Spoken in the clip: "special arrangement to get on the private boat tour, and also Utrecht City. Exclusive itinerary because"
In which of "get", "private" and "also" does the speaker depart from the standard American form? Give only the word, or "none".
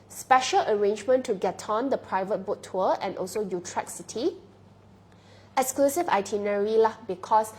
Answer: none